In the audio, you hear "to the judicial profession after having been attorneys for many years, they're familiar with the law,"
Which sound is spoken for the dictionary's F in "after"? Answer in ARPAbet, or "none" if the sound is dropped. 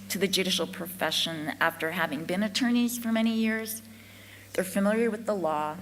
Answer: F